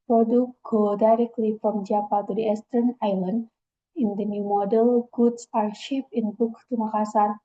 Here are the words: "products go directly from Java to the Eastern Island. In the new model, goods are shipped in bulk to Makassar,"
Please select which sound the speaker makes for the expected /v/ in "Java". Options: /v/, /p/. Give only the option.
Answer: /p/